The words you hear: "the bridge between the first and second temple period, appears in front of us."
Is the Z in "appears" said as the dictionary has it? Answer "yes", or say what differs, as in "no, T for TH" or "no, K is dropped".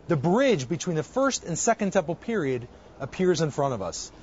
yes